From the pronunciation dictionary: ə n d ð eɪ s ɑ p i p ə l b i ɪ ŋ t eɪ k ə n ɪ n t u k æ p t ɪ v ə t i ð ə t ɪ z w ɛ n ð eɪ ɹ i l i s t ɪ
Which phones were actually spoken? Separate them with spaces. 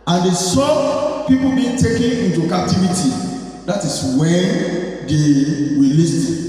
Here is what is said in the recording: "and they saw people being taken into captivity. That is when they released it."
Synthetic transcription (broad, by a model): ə n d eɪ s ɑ p i p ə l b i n t eɪ k ə n ɪ n t u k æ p t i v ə t i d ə t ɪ s w ɛ n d eɪ w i l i s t